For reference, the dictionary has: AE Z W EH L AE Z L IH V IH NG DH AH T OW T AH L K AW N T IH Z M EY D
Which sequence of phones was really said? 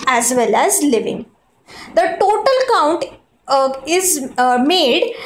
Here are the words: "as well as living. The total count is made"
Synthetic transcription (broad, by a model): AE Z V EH L AE Z L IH V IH NG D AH T OW T AH L K AW N T IH Z M EY D